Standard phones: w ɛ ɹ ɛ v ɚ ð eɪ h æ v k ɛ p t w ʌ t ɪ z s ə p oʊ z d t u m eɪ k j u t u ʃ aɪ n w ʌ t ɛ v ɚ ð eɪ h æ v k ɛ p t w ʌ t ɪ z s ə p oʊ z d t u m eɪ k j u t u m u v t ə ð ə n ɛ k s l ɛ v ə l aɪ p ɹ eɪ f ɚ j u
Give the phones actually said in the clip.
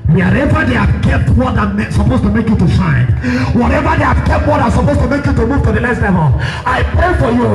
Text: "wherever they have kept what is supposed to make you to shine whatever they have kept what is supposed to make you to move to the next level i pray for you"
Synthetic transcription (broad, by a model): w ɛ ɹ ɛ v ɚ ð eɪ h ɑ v k ɛ p t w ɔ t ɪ s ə p oʊ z t u m eɪ k j u t u ʃ aɪ n w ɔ t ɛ v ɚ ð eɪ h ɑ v k ɛ p t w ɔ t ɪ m s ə p oʊ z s t u m eɪ k j u t u m u v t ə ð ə l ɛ s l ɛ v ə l aɪ p ɹ eɪ f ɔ j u